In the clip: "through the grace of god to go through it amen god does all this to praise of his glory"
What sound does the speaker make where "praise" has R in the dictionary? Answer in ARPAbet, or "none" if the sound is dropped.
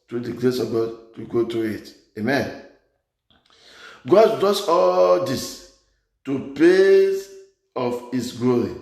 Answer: none